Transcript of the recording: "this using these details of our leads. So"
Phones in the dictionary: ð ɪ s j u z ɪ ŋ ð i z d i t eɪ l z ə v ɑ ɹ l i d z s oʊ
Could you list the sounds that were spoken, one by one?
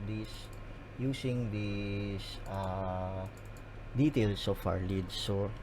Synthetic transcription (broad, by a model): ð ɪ s j u s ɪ ŋ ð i s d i t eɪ l s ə f ɑ ɹ l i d s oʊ